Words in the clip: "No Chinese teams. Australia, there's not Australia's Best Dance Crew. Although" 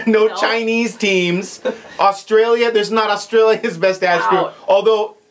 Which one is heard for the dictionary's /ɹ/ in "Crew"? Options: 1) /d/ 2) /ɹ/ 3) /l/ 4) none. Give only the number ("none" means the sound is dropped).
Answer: 4